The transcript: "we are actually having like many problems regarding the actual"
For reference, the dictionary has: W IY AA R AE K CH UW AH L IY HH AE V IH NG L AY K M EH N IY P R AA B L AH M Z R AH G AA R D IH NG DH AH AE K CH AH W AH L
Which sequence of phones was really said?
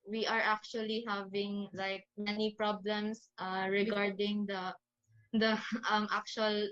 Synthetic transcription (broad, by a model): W IY AA R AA K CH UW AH L IY HH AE V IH NG L AY K M EH N IY P R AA B L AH M S R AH G AA R D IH NG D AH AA K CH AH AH L